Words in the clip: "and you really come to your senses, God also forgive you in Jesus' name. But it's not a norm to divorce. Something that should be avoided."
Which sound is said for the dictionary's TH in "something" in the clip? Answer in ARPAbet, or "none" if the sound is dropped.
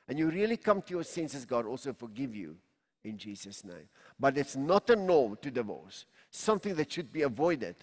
TH